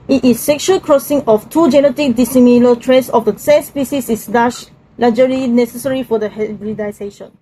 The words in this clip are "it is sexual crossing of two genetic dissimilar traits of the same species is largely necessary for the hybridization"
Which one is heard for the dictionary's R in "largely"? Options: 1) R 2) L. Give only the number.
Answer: 2